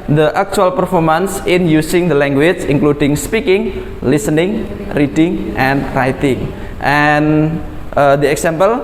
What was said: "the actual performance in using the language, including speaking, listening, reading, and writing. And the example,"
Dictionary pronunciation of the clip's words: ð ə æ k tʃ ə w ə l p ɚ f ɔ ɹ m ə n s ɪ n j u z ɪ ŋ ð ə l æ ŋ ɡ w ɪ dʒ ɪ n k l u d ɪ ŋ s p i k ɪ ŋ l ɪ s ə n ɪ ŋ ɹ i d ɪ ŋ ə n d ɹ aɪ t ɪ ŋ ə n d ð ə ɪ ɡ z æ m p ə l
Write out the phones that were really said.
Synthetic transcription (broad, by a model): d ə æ k tʃ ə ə l p ɚ f ɔ ɹ m ə n s ɪ n j u s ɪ ŋ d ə l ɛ ŋ ɡ w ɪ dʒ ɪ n k l u d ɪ ŋ s p i k ɪ ŋ l ɪ s ə n ɪ ŋ ɹ i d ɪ ŋ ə n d ɹ aɪ t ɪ ŋ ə n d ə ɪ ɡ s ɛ m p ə l